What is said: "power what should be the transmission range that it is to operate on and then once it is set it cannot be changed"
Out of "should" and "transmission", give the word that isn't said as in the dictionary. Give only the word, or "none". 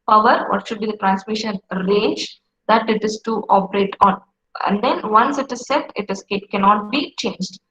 none